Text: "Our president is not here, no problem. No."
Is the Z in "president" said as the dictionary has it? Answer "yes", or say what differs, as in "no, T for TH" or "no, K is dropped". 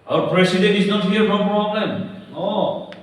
no, S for Z